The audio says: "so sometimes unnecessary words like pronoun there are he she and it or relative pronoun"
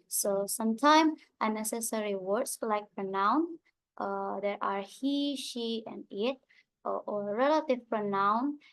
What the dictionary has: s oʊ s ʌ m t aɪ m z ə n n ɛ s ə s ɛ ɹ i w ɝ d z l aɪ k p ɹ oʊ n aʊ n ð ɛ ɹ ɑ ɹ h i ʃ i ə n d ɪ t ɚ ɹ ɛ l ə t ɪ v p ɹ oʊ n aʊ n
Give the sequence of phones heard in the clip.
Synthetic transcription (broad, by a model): s oʊ s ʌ m t aɪ m ə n n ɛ s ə s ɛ ɹ i w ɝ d s l aɪ k p ɹ oʊ n aʊ n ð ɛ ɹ ɑ ɹ h i ʃ i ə n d ɪ t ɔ ɹ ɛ l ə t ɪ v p ɹ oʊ n aʊ n